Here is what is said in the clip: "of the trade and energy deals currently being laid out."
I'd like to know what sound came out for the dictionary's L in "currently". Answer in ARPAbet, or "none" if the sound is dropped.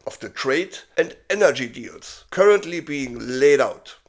L